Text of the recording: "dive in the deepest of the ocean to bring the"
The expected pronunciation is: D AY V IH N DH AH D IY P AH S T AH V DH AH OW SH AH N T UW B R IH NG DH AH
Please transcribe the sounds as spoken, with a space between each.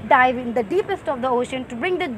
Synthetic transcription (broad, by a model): D AY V IH N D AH D IY P AH S T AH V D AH OW SH AH N T UW B R IH NG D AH